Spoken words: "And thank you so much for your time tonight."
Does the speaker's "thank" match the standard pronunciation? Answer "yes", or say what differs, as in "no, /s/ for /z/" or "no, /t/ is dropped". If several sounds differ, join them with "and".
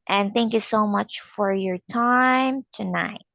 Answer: yes